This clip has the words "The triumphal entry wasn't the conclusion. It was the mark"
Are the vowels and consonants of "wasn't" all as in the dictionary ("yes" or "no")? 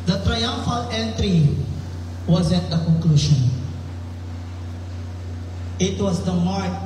no